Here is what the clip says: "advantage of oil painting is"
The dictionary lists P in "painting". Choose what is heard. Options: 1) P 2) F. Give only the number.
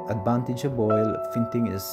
2